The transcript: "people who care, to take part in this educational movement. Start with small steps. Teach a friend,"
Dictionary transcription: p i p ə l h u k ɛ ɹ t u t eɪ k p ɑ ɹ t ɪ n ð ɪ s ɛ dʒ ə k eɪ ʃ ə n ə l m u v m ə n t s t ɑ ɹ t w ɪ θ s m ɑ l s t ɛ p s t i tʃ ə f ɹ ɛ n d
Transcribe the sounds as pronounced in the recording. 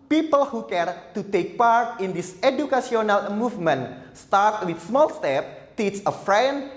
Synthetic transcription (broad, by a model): p i p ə l h u k ɛ ɹ t u t eɪ k p ɑ ɹ t ɪ n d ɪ s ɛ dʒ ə k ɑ s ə n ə l m u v m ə n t s t ɑ ɹ t w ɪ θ s m ɑ l s t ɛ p t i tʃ ə f ɹ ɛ n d